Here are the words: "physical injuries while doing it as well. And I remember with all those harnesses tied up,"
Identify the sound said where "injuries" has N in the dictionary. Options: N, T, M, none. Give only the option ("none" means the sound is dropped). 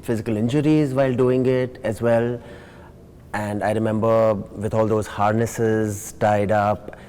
N